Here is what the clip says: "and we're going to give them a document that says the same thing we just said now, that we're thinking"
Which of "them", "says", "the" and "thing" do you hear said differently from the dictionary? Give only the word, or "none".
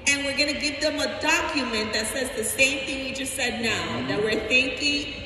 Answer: none